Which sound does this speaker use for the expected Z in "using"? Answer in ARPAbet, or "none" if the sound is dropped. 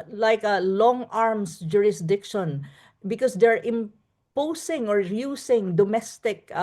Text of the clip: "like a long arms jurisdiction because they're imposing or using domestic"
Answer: S